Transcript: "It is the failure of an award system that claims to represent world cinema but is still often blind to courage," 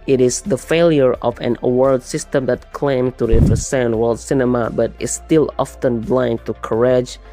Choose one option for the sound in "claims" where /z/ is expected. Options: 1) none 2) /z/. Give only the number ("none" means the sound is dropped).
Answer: 1